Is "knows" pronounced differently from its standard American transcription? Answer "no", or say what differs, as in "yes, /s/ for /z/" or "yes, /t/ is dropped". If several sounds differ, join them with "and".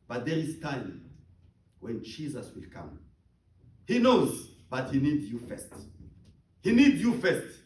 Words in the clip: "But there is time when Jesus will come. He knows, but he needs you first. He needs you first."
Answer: no